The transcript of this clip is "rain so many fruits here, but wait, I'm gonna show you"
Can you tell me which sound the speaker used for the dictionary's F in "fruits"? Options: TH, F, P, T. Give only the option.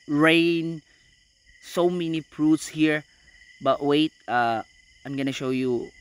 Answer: P